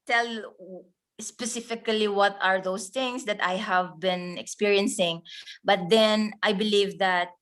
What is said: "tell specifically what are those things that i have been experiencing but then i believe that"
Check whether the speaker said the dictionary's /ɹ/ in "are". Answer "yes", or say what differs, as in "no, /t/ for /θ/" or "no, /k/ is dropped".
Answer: yes